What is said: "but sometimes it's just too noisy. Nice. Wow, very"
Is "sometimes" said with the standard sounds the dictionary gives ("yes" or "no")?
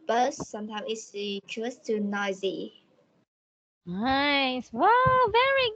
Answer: no